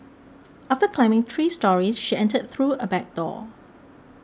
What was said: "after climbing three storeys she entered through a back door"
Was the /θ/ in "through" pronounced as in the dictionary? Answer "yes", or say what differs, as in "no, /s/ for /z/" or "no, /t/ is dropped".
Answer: yes